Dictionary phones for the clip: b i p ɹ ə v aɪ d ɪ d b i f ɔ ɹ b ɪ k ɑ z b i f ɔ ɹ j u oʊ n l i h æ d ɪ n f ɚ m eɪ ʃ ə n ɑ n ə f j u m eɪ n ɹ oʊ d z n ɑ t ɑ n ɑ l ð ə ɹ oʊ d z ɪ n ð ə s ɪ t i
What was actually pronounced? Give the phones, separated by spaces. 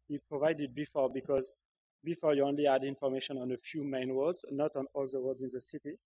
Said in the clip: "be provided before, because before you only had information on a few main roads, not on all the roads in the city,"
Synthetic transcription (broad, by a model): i p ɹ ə v aɪ d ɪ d b i f ɔ ɹ b ɪ k ɑ z b i f ɔ ɹ j u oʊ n l i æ d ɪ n f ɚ m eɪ ʃ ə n ɑ n ə f j u m eɪ n w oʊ d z n ɑ t ɑ n ɑ l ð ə w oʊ d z ɪ n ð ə s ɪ t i